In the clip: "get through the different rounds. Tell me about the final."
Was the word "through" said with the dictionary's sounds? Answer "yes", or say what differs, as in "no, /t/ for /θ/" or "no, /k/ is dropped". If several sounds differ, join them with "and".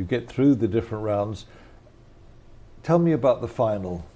yes